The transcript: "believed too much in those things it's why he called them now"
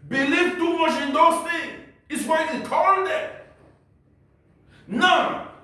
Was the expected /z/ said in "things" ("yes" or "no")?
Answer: no